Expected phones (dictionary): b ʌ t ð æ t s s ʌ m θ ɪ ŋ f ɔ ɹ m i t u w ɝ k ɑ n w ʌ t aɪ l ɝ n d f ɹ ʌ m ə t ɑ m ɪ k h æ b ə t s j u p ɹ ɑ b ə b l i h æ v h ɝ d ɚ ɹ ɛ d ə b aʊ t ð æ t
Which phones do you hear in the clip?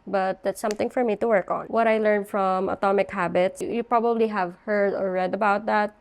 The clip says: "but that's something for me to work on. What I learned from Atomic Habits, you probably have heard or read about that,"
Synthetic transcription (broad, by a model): b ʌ t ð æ t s s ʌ m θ ɪ ŋ f ɔ ɹ m i t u w ɝ k ɑ n w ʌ t aɪ l ɝ n d f ɹ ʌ m ə t ɑ m ɪ k h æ b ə t s j u p ɹ ɑ b ə b l i h æ v h ɝ d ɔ ɹ ɛ d ə b aʊ t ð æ t